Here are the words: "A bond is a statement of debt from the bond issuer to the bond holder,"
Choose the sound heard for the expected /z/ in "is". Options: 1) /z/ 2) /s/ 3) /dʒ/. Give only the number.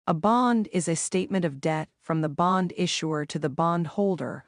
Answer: 1